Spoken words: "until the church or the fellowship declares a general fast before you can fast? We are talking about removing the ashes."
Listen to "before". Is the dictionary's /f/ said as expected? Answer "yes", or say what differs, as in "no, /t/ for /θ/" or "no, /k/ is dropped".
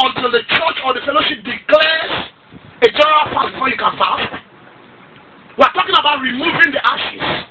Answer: no, /f/ is dropped